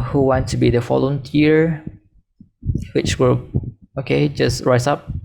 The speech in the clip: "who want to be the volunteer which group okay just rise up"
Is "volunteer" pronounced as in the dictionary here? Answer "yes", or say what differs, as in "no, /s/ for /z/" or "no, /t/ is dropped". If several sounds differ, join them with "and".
no, /f/ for /v/